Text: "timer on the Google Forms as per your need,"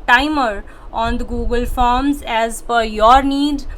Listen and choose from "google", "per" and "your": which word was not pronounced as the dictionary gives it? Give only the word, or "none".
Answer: per